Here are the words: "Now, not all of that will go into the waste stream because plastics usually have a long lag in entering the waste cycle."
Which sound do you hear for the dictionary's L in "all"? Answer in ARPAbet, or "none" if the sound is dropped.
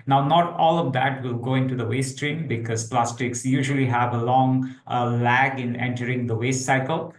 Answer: L